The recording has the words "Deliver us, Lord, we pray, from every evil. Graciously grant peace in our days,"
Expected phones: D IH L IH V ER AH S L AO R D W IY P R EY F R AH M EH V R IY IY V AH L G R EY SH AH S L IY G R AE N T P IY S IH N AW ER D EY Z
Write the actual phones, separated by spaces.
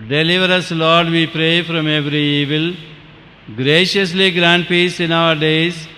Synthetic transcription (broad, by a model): D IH L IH V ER AH S L AO R D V IY P R EY F R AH M EH V R IY IY V AH L G R EY SH AH S L IY G R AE N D P IY S IH N AW ER D EY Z